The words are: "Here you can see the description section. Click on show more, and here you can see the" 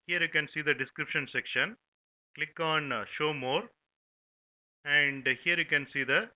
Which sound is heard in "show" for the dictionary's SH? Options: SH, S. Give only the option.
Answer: SH